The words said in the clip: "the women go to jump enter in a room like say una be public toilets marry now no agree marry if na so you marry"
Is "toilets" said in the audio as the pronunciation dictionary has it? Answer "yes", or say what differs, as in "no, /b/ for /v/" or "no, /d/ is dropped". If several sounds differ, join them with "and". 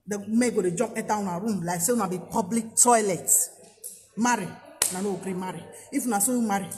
no, /s/ is dropped